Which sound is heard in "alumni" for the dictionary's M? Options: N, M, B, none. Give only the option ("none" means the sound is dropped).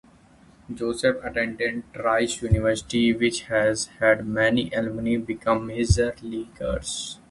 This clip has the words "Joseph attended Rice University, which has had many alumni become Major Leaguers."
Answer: none